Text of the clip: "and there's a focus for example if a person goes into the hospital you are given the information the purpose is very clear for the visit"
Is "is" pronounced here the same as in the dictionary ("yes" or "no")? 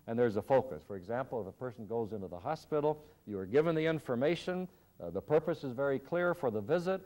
yes